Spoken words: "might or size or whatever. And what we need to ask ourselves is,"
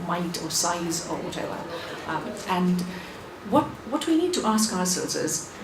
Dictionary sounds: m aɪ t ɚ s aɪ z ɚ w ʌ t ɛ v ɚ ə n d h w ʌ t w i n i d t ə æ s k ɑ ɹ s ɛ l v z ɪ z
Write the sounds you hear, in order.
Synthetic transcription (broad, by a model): m aɪ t ɚ s aɪ z ɚ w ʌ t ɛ w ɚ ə n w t w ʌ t w i n i d t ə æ s k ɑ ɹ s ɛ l z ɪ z